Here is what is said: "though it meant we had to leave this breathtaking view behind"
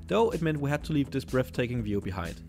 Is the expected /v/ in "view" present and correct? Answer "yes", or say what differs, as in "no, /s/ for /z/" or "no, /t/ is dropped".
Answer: yes